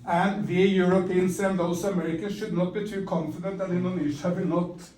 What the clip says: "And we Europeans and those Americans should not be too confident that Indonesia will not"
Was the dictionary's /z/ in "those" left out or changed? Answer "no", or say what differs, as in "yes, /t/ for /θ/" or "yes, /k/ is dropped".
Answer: yes, /z/ is dropped